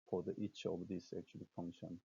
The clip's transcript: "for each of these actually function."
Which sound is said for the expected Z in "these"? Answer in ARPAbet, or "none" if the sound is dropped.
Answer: S